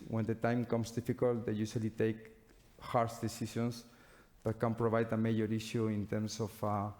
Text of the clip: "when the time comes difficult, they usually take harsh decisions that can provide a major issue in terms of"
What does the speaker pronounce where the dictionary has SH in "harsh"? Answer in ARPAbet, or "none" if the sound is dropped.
S